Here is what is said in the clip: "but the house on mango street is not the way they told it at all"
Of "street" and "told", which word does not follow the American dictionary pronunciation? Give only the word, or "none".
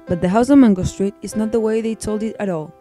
none